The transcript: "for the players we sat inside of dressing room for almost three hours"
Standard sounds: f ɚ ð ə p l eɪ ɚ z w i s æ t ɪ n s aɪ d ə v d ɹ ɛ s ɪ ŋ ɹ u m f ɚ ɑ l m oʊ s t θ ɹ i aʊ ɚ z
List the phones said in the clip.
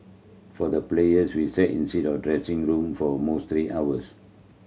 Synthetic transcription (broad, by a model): f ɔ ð ə p l eɪ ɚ s w i s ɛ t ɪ n s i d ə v d ɹ ɛ s ɪ ŋ ɹ u m f ɑ m oʊ s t ɹ i aʊ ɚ s